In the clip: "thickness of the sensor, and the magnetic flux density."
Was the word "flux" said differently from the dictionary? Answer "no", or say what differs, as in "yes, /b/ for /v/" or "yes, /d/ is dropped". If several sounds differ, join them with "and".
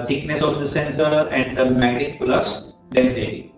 yes, /k/ is dropped